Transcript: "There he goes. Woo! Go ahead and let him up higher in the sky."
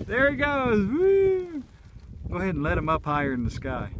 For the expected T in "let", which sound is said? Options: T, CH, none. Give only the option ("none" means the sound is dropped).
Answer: T